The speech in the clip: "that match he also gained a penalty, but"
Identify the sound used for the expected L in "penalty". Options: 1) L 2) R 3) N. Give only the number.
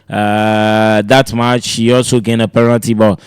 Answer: 3